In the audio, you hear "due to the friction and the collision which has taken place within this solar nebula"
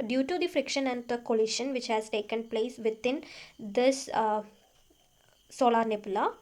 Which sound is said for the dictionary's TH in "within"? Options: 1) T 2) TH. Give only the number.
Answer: 1